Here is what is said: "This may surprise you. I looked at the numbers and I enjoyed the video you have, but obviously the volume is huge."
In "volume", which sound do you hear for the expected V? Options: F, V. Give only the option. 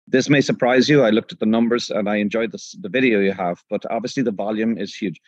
V